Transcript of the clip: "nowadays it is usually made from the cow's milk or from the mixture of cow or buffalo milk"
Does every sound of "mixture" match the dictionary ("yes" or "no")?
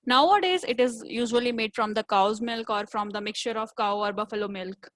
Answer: yes